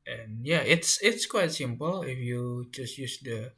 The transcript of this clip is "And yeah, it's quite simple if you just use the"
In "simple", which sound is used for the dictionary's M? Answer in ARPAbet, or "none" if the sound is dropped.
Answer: M